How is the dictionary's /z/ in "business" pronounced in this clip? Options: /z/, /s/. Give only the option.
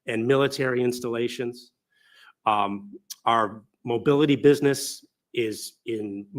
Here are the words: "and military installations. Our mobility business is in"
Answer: /z/